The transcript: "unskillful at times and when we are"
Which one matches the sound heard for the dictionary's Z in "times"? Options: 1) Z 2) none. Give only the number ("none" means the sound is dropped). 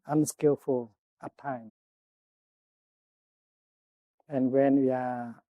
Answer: 2